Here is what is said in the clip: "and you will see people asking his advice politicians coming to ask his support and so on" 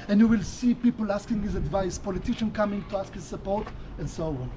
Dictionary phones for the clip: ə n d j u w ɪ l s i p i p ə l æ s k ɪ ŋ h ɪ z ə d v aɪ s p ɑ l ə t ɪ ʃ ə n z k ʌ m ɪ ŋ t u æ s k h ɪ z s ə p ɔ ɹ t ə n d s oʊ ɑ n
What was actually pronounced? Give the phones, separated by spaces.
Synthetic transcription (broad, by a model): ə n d j u w ɪ l s i p i p ə l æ s k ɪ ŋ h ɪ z ə d v aɪ s p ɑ l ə t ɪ ʃ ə n k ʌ m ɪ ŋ t u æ s k h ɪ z s ə p ɔ ɹ t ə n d s oʊ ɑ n